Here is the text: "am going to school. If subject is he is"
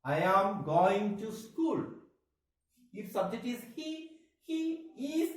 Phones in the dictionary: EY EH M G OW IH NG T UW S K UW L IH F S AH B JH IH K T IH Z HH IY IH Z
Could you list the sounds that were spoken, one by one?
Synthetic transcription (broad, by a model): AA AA M G OW IH NG T UW S K UW L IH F S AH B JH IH T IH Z HH IY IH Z